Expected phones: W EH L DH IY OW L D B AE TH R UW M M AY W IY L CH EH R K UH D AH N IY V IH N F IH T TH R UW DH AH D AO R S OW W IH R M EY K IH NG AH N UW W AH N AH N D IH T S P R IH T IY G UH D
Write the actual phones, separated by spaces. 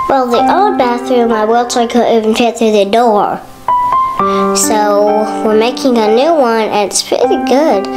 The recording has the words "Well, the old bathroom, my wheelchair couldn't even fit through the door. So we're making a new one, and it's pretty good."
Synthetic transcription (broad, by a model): W EH L DH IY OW D B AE TH R UW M M AY W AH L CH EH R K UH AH IY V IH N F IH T TH R UW DH AH D AO R S OW W IH R M EY K IH NG AH N UW W AH N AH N IH T S P R IH T IY G UH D